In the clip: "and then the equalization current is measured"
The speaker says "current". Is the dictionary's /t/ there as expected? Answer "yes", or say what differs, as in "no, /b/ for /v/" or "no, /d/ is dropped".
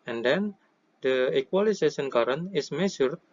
no, /t/ is dropped